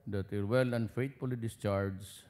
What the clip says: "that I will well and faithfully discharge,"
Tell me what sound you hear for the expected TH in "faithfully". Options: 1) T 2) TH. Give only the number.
1